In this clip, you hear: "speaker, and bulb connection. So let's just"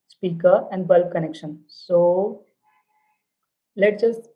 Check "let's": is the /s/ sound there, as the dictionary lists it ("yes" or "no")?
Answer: no